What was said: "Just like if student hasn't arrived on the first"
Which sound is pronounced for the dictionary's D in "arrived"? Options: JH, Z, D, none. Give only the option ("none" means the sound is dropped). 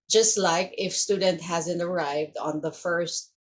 D